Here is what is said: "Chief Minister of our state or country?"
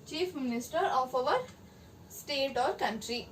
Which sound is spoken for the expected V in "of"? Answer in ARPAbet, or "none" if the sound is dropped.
V